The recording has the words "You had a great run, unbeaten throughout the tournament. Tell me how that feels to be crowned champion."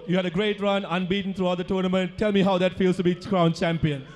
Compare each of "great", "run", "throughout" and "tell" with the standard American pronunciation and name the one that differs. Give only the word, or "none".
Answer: throughout